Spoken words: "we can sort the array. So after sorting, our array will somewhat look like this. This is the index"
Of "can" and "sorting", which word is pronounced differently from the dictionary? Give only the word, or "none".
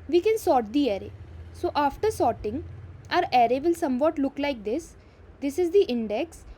none